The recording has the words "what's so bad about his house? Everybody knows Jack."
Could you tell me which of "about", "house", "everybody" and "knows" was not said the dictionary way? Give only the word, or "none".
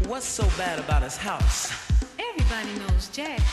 none